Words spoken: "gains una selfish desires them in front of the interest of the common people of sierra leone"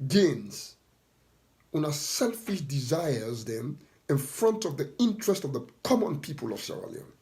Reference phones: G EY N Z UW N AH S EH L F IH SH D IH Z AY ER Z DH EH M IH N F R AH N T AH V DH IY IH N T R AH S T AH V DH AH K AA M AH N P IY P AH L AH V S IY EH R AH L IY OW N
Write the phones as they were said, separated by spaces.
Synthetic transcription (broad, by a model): G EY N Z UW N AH S EH L F IH SH D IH Z AY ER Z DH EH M IH N F R AH N T AH V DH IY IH N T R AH S T AH V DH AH K AA M AH N P IY P AH L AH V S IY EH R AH L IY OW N